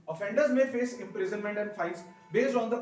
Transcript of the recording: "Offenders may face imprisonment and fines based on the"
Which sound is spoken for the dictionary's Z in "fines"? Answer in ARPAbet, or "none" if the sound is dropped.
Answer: S